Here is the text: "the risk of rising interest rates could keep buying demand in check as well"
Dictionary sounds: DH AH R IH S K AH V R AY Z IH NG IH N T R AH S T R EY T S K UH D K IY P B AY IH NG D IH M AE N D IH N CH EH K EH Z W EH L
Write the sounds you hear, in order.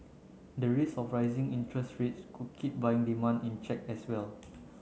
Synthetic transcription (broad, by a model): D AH R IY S AH F R AY Z IH NG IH N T R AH S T R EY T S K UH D K IY P B AY IH NG D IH M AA N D IH N CH EH K EH S W EH L